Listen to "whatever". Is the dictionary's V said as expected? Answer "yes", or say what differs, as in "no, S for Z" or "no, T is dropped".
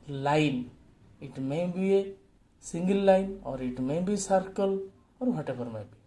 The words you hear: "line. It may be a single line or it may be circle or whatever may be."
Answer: no, B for V